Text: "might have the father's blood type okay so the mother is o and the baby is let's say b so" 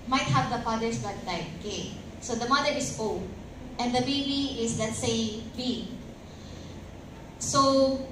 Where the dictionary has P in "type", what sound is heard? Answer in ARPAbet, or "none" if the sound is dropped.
none